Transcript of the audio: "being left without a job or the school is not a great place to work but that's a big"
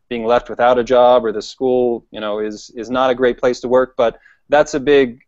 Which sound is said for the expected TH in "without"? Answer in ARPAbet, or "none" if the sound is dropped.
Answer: TH